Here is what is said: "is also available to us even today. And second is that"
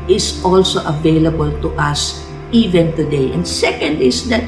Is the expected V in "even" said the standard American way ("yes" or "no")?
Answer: yes